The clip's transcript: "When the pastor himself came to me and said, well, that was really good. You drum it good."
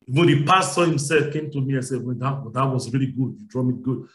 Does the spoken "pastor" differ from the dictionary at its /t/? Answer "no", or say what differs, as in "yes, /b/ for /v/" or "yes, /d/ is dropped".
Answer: yes, /s/ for /t/